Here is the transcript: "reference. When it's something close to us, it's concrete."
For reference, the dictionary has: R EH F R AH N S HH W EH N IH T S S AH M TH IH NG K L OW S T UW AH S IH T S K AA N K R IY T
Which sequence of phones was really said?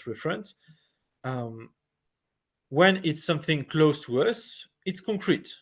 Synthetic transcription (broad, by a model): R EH F R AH N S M W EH N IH T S S AH M TH IH NG K L OW S T UW AH S IH T S K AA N K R IY T